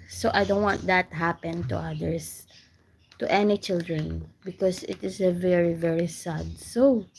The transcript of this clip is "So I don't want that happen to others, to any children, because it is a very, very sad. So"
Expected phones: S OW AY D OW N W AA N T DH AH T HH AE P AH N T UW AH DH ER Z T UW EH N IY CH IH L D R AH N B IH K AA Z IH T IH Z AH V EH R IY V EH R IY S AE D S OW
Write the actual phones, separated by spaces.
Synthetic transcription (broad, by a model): S OW AY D OW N W AA N T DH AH T HH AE P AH N T UW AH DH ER S T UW EH N IY CH IH L D R AH N B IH K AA S IH T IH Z AH V EH R IY V EH R IY S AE D S OW